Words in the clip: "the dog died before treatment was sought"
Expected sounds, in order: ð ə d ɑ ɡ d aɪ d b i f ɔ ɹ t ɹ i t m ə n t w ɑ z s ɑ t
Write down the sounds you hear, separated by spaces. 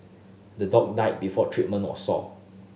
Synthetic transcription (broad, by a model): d ə d ɑ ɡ d aɪ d b i f ɔ t ɹ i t m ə n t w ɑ s ɑ